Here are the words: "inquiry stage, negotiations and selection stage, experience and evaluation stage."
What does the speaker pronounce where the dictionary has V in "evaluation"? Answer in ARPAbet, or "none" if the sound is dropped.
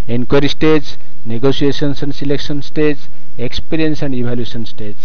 B